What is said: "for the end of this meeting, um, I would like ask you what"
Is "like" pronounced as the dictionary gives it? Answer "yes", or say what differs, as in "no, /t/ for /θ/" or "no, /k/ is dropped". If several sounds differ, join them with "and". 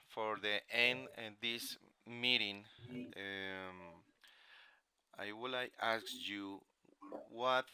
no, /k/ is dropped